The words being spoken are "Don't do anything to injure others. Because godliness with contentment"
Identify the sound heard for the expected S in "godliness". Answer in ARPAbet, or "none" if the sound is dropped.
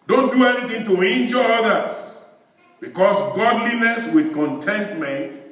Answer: S